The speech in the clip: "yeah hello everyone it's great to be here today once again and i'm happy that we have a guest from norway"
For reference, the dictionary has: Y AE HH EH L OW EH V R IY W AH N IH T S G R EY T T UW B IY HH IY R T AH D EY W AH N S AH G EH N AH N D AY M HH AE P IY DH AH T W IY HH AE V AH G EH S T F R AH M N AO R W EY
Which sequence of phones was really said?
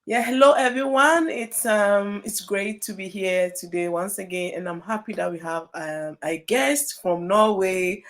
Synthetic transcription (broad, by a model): Y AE HH EH L OW EH V R IY W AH N IH T S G R EY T T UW B IY HH IY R T AH D EY W AH N S AH G EH N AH N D AY M HH AE P IY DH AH T W IY HH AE V AH G EH S T F R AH M N AO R W EY